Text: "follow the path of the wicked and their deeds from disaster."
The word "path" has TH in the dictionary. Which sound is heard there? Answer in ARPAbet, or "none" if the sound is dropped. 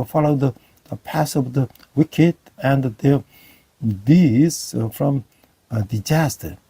S